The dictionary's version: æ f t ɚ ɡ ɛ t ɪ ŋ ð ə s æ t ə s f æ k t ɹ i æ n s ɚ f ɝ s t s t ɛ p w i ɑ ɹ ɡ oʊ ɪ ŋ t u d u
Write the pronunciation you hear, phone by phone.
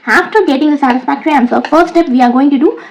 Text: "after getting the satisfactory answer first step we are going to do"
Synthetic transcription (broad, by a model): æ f t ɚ ɡ ɛ t ɪ ŋ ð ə s æ t ə s f æ k t ɹ i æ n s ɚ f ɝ t s t ɛ p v i ɑ ɹ ɡ oʊ ɪ ŋ t u d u